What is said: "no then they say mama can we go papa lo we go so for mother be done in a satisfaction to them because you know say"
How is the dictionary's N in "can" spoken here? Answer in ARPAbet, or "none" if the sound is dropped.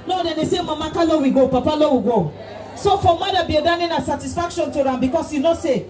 L